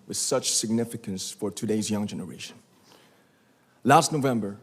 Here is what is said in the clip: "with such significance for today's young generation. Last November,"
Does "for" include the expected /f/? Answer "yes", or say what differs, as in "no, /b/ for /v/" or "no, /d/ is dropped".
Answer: yes